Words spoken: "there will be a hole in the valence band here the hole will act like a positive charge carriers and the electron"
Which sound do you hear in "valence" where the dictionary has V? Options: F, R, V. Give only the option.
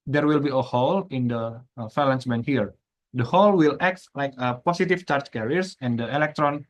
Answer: F